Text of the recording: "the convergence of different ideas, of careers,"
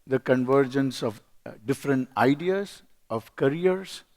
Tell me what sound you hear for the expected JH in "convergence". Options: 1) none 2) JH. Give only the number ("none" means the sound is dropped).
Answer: 2